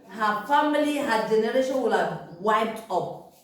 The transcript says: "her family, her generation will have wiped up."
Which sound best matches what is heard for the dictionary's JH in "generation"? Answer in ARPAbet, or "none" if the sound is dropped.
JH